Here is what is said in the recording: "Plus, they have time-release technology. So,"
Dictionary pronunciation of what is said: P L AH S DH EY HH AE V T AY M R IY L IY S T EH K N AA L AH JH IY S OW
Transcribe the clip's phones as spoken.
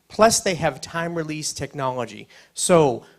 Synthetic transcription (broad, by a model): P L AH S DH EY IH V T AY M R IY L IY S T EH K N AA L AH JH IY S OW